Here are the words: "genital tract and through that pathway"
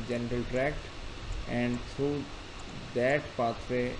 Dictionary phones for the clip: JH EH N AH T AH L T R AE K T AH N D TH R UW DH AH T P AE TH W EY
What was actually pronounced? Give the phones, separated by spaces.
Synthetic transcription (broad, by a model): JH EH N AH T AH L T R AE K T AH N D T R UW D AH T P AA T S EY